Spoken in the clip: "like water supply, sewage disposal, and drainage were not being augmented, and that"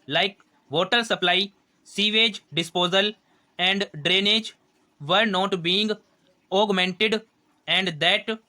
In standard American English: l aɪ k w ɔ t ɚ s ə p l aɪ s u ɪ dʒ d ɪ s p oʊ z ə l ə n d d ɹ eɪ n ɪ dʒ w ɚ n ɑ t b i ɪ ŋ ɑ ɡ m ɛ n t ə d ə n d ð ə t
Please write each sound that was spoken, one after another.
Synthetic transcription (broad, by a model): l aɪ k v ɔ t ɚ s ə p l aɪ s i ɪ dʒ d ɪ s p oʊ z ə l ə n d d ɹ eɪ n ɪ dʒ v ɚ n ɑ t b i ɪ ŋ ɑ ɡ m ɛ n t ə d ə n d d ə t